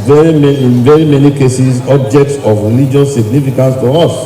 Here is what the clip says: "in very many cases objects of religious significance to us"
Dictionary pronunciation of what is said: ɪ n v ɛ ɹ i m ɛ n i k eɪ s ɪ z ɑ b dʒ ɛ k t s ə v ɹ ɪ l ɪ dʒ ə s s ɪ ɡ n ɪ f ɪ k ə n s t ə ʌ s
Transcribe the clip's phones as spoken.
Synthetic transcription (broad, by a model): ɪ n v ɛ ɹ i m ɛ n i k eɪ s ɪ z ɑ b dʒ ɛ k t s ə v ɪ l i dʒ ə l s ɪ ɡ n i f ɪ k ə n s t ə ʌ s